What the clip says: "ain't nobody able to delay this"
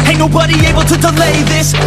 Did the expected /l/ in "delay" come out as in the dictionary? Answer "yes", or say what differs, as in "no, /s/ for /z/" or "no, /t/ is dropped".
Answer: yes